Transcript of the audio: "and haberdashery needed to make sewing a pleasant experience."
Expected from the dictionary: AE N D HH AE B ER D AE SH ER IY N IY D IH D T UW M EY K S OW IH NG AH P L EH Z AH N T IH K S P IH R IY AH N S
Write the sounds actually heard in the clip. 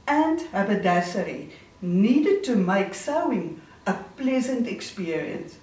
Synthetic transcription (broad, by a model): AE N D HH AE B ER D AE S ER IY N IY D IH D T UW M EY K S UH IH NG AH P L EH Z AH N T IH K S P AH R IY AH N S